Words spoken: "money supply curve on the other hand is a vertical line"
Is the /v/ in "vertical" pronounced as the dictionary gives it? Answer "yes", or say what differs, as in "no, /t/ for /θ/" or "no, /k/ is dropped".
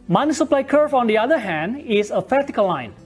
no, /p/ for /v/